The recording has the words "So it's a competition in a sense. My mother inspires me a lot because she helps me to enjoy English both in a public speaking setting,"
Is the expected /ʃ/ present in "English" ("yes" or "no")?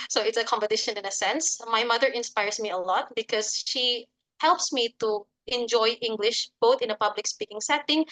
yes